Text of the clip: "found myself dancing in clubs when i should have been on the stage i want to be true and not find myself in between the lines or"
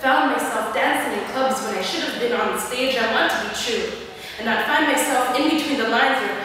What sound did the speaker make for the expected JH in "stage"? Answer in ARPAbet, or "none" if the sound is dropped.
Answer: JH